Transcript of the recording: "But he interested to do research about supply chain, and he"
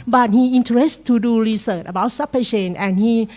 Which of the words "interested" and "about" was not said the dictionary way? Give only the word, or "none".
interested